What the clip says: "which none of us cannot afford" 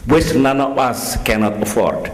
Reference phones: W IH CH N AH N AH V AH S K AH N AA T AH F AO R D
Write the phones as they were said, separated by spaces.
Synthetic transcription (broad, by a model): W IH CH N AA N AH B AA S K AH N AA T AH F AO R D